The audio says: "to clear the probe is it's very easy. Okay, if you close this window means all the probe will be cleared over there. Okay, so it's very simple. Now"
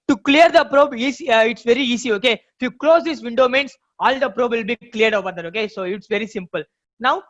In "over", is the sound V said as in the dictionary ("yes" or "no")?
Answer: no